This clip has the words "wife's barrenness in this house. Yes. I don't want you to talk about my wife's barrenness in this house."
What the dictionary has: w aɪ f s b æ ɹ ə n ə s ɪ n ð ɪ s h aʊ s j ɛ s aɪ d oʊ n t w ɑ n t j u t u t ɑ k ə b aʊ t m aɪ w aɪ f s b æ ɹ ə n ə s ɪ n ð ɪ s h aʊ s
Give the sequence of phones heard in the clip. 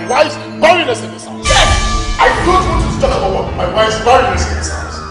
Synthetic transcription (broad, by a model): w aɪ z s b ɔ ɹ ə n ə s ɪ n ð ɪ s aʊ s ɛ aɪ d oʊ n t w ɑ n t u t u t ɑ k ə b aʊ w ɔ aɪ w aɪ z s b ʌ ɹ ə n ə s ɪ n ð ɪ s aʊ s